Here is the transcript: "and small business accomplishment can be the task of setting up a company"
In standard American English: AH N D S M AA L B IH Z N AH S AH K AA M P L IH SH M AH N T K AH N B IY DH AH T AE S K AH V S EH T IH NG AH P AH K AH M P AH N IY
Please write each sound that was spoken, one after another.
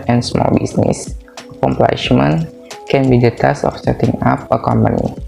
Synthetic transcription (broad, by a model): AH N S M AA L B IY S N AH S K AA M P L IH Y M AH N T K AH N B IY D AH T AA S AH F S EH T IH NG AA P AH K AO M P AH N IY